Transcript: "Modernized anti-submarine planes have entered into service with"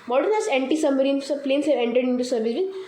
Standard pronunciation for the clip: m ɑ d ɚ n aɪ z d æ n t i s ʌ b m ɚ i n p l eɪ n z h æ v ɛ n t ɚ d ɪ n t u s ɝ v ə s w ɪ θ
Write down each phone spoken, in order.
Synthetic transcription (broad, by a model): m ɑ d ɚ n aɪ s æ n t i s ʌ m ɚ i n p l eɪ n s h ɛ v ɛ n t ɚ d ɪ n t u s ɝ v ə s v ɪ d